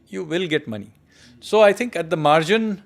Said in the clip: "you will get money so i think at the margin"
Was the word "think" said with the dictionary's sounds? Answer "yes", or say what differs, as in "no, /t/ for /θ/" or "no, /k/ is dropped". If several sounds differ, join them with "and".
no, /t/ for /θ/